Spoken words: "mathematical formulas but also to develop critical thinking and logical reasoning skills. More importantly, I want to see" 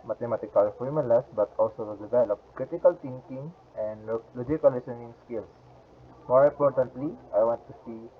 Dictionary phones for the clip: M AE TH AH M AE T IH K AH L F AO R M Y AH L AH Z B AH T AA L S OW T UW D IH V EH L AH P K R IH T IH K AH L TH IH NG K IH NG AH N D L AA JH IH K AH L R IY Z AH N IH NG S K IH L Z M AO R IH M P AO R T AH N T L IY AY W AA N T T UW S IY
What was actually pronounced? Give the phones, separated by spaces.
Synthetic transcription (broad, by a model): M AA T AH M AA T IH K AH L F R M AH L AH S B AH T AA L S OW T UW D IH V EH L AH P K R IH T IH K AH L T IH NG K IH NG AH N D L AA JH IH K AH L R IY S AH N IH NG S K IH L S M AO R IH M P AO R T AH N T L IY AY W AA N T T UW S IY